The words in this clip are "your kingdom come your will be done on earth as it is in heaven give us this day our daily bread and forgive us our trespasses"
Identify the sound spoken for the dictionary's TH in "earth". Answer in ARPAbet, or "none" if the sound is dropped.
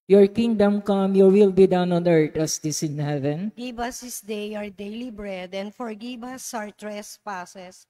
T